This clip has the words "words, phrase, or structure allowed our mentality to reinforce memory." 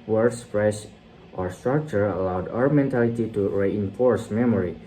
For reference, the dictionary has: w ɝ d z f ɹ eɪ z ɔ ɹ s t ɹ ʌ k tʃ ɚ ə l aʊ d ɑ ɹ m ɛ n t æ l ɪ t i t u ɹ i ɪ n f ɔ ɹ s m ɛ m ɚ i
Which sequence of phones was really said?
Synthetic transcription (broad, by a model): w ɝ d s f ɹ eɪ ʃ ɔ ɹ s t ɹ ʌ k tʃ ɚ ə l aʊ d ɑ ɹ m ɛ n t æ l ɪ t i t u ɹ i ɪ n f ɔ ɹ s m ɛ m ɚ i